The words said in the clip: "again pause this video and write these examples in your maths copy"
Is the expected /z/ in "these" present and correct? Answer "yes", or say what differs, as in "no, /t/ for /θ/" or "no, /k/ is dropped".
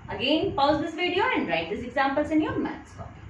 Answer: no, /s/ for /z/